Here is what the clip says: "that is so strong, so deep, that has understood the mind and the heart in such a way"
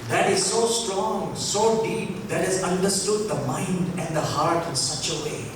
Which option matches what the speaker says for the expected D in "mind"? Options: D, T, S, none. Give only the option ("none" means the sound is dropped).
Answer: D